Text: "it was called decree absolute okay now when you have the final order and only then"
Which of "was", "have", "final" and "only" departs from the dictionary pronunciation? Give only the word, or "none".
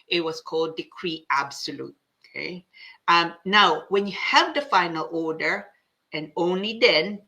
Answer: was